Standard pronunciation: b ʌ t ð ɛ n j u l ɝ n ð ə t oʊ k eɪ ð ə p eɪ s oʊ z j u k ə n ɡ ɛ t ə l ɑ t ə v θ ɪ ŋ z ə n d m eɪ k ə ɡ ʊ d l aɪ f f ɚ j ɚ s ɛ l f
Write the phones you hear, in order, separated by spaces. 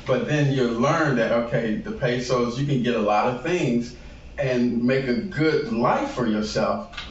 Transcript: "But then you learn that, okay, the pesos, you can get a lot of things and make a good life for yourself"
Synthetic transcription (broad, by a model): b ʌ t ð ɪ n j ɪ l ɝ n ð ə t oʊ k eɪ ð ə p eɪ s oʊ z j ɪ k ə n ɡ ɛ t ə l ɑ t ə v θ ɪ ŋ z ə n m eɪ k ə ɡ ʊ d l aɪ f f ɚ j ɚ s ɛ l f